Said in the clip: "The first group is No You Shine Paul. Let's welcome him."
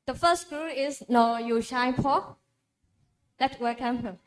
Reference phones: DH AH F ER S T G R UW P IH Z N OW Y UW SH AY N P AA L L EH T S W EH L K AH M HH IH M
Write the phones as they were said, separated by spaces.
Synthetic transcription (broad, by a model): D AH F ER S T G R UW IH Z N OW Y UW SH AY N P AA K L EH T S W EH L K AH M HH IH